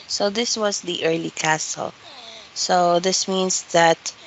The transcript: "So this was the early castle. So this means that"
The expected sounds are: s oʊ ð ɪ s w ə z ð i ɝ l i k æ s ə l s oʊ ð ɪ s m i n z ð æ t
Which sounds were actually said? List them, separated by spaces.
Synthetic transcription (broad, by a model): s oʊ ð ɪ s w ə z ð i ɝ l i k æ s ə l s oʊ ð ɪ s m i n s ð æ t